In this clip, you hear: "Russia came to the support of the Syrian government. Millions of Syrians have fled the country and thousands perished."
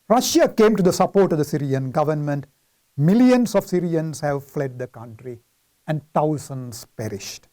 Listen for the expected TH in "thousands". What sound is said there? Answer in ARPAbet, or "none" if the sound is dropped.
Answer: T